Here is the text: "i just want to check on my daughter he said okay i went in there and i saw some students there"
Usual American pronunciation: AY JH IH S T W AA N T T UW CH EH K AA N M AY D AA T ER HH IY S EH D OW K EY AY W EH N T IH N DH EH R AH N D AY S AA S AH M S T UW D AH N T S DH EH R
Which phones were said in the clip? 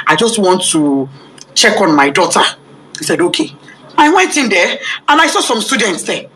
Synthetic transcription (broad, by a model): AY JH IH S T W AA N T T UW CH EH K AA N M AY D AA T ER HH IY S EH D OW K EY AY W EH N T IH N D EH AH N AY S AA S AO M S T UW D AH N T S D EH